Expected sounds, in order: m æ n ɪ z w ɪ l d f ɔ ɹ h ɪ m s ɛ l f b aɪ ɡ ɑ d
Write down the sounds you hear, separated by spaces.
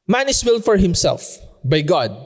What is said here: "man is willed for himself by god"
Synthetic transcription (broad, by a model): m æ n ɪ s w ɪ l f ɔ ɹ h ɪ m s ɛ l f b aɪ ɡ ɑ d